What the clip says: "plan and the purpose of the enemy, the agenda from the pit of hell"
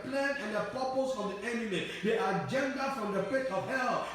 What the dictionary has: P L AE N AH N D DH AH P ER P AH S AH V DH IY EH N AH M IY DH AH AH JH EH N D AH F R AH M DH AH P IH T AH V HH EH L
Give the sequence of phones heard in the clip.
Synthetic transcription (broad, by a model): P L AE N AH N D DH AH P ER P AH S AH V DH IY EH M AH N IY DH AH AH JH EH N D AH F R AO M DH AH F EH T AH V HH EH L